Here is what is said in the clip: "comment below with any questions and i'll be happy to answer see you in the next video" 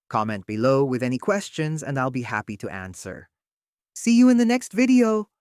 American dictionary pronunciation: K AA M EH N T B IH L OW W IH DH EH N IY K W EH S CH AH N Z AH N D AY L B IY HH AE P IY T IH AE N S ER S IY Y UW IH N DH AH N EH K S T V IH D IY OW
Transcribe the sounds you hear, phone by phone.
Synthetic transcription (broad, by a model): K AA M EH N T B IH L OW W IH DH EH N IY K W EH S CH AH N Z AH N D AY L B IY HH AE P IY T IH AE N S ER S IY Y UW IH N DH AH N EH K S T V IH D IY OW